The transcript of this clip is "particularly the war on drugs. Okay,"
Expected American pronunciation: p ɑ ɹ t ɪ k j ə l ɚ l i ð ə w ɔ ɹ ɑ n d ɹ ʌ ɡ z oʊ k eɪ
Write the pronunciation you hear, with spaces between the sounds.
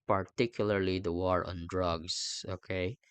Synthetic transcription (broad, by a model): p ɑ ɹ t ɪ k j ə l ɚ l i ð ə w ɔ ɹ ɑ n d ɹ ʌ ɡ s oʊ k eɪ